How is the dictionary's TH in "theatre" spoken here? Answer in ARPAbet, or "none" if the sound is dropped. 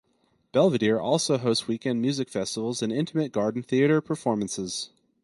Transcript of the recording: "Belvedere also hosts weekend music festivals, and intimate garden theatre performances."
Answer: TH